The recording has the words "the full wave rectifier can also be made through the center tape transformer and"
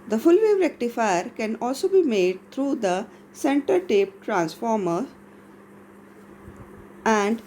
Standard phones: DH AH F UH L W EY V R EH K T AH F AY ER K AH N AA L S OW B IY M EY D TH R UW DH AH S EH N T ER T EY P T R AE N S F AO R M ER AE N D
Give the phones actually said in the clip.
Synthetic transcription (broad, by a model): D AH F UH L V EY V R EH K T AH F AY ER K AH N AA L S OW B IY M EY D T R UW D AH S EH N T ER T EY P T R AE N S F AO R M ER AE N D